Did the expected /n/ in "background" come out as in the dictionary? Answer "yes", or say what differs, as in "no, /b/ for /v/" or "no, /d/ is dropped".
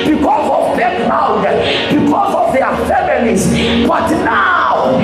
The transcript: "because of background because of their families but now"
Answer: no, /n/ is dropped